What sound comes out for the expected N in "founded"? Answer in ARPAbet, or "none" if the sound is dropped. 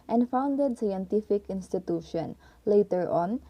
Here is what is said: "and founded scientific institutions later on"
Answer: N